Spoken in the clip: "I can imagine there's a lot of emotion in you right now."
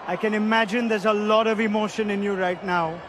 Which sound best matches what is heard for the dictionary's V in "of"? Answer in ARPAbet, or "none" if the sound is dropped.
V